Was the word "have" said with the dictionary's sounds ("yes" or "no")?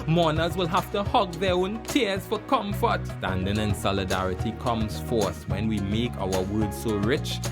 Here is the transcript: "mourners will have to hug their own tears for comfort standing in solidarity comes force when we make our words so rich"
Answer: no